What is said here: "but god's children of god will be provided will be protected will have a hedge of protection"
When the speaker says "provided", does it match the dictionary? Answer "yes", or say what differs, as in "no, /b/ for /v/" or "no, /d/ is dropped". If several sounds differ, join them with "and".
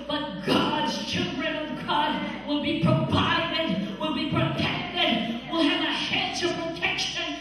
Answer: no, /p/ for /v/